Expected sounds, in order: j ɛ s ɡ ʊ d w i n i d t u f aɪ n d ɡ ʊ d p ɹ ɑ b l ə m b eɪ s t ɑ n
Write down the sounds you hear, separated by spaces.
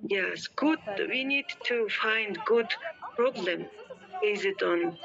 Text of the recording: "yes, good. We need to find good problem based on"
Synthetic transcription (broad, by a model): j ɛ s ɡ ʊ d w i n i d t u f aɪ n d ɡ ʊ d p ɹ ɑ b l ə m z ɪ t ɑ n